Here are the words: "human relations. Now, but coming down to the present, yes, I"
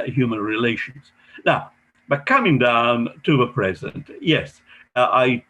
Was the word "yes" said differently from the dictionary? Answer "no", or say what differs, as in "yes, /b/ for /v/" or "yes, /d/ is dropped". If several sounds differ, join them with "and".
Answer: no